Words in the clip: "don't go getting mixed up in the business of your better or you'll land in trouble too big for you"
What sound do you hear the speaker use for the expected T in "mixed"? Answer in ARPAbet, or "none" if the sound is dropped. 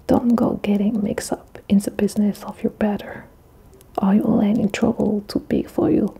none